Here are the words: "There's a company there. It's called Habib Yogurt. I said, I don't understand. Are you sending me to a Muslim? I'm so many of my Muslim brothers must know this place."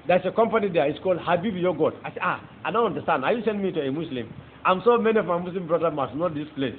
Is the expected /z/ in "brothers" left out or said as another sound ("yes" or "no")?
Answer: yes